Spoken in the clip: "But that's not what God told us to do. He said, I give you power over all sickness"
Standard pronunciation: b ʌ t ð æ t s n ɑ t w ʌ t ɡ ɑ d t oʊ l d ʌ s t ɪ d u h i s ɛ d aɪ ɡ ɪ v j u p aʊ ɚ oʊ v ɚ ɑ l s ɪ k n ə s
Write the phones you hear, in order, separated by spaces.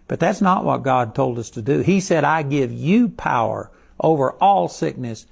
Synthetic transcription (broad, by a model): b ʌ t ð æ t s n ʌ t w ʌ t ɡ ɑ d t oʊ l d ʌ s t ɪ d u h i s ɛ d aɪ ɡ ɪ v j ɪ p aʊ ɚ oʊ v ɚ ɑ l s ɪ k n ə s